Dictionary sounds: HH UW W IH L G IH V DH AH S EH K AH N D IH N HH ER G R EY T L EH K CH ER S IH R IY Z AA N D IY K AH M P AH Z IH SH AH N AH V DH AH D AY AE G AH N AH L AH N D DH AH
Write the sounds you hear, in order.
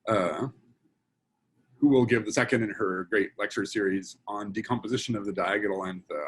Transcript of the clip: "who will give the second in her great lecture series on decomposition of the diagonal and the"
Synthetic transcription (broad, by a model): HH UW W IH L G IH V DH AH S EH K AH N D IH N ER G R EY T L EH K CH ER S IH R IY Z N D IY K AH M P AH Z IH SH AH N AH V DH AH D AY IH G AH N L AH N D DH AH